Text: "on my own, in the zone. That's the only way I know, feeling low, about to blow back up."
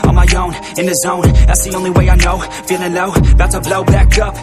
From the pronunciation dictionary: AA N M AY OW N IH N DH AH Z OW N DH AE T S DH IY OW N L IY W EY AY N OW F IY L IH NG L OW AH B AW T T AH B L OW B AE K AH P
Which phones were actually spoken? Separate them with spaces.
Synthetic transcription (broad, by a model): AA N M AY OW N IH N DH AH Z OW N DH AE T S DH IY OW N L IY W EY AY N OW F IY N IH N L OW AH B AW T T AH B L OW B AE K AH P